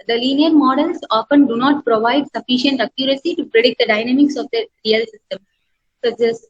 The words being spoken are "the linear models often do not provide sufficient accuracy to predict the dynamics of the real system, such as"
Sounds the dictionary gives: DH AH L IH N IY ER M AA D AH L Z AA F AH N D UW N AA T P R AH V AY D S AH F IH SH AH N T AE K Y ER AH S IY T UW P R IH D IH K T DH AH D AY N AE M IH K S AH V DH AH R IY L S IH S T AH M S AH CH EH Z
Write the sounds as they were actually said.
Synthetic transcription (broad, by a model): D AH L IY N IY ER M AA D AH L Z AA F AH N D UW N AA T P R AH V AY D S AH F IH SH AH N T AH K Y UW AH S IY T UW P R IH D IH K T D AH D AY N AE M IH K S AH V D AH R IY L S IH S T AH M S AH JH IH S